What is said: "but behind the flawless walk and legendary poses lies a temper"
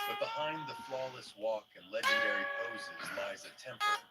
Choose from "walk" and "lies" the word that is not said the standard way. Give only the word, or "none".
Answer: none